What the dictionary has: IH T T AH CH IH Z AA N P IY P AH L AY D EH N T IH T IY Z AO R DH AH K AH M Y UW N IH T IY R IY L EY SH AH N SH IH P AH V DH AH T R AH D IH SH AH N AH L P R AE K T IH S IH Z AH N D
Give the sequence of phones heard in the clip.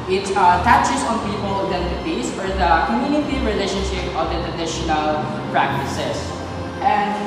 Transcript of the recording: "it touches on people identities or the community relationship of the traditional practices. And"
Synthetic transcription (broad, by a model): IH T T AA CH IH S AA N P IY P AH L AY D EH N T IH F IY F AO R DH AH K AH M Y UW N IH T IY R IY L EY SH AH N SH IH P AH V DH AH T R AH D IH SH AH N AH L P R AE K T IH S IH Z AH N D